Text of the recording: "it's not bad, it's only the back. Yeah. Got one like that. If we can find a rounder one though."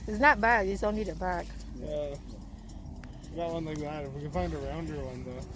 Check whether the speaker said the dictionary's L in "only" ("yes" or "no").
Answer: no